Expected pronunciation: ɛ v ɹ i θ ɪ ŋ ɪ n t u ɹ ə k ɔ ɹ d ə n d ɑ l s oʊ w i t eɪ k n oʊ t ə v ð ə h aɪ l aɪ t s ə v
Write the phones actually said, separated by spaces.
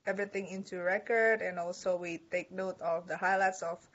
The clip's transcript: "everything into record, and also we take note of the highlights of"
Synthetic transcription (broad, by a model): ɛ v ɹ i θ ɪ ŋ ɪ n t u ɹ ə k ɔ ɹ d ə n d ɑ l s oʊ w i t eɪ k n oʊ t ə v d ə h aɪ l aɪ t s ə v